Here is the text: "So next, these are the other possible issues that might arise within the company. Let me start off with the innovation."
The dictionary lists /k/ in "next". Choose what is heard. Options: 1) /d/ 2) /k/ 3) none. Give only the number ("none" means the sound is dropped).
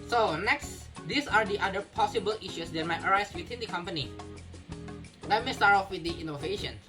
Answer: 2